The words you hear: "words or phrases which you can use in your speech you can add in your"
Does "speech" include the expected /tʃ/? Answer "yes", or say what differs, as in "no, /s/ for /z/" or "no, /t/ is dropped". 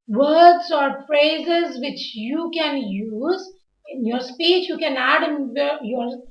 yes